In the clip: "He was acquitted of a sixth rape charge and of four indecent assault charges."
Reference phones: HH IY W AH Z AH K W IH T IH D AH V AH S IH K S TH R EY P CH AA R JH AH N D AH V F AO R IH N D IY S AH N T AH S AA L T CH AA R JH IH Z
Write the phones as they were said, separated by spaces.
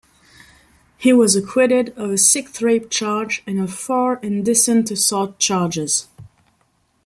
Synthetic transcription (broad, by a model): HH IY W AH Z AH K W IH T IH D AH V AH S IH K TH R EY P CH AA R JH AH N AH V F AO R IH N D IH S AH N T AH S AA T CH AA R JH IH Z